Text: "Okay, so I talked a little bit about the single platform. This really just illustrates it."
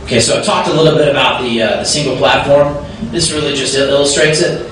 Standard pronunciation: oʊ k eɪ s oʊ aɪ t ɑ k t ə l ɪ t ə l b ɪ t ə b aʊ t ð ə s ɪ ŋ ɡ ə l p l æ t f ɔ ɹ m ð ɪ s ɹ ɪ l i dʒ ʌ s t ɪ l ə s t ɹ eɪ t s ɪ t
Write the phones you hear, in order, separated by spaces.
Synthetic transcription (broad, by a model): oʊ k eɪ s oʊ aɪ t ɑ k t ə l ɪ t l b ɪ t ə b aʊ t ð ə s ɪ ŋ ɡ l p l æ t f ɔ ɹ m ð ɪ s ɹ ɪ l i dʒ ʌ s t ɪ l ə s t ɹ eɪ t s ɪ t